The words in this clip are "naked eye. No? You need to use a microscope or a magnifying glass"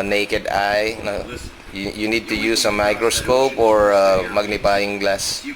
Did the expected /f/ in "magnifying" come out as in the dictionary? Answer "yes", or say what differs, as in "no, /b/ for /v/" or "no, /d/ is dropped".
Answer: no, /p/ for /f/